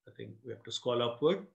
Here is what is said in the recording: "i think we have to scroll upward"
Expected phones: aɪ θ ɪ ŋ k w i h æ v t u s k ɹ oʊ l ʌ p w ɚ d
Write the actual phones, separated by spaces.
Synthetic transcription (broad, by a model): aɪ t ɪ ŋ k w i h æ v t u s k oʊ l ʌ p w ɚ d